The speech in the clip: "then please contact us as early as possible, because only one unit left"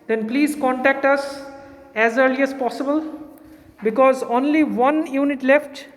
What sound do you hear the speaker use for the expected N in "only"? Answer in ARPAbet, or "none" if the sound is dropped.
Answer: N